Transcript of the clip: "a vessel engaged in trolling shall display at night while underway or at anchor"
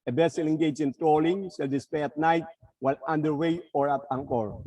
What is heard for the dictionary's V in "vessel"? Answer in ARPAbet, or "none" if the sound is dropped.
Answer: B